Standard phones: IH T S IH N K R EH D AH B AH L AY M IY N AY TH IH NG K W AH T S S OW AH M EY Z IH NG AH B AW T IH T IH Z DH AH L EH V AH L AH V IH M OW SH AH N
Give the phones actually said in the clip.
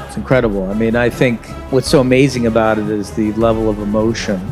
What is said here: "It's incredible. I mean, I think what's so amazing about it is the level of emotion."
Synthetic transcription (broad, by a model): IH T S N K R EH D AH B L AY M IY N AY TH IH NG K W AH T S S OW AH M EY Z IH NG AH B AW T IH T IH Z DH AH L EH V L AH V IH M OW SH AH N